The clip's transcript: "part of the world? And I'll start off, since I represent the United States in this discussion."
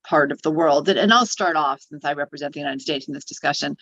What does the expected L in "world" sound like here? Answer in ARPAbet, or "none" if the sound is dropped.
L